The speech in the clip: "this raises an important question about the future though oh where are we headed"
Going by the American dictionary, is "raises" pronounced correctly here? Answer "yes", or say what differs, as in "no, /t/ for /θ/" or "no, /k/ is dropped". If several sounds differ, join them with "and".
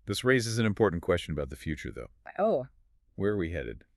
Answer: yes